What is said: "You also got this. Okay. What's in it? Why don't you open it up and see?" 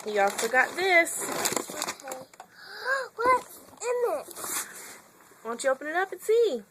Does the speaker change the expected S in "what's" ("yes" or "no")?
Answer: yes